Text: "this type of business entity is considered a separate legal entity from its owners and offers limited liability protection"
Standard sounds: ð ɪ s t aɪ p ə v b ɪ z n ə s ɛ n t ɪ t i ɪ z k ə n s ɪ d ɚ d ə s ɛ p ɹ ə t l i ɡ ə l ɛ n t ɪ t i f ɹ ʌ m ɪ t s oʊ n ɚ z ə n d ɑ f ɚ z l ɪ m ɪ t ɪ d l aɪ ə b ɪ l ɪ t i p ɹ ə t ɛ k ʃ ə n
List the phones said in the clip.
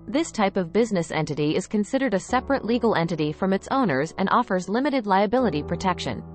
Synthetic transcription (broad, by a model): ð ɪ s t aɪ p ə v b ɪ z n ə s ɛ n t ɪ t i ɪ z k ə n s ɪ d ɚ d ə s ɛ p ɹ ə t l i ɡ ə l ɛ n t ɪ t i f ɹ ʌ m ɪ t s oʊ n ɚ z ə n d ɑ f ɚ z l ɪ m ɪ t ɪ d l aɪ ə b ɪ l ɪ t i p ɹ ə t ɛ k ʃ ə n